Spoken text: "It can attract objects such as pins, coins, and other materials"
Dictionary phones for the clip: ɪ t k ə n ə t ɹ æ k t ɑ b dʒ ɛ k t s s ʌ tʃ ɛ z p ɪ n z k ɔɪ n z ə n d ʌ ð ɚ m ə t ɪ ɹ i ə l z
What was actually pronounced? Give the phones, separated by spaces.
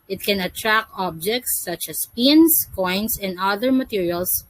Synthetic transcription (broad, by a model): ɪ t k ə n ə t ɹ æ k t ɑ b dʒ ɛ k t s s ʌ tʃ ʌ s p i n s k ɔɪ n s ə n d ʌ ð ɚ m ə t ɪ ɹ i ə l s